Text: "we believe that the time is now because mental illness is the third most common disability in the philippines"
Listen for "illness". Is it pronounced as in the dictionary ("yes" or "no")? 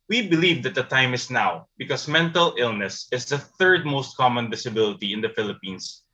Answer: yes